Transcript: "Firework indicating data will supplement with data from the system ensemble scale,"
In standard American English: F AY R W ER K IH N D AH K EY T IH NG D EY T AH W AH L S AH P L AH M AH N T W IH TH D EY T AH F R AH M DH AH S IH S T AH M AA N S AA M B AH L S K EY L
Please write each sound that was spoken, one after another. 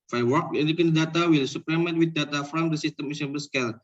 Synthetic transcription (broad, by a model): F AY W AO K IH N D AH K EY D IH D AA T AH W AH L S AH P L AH M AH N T W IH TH D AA T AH F R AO M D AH S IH S T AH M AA S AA B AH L S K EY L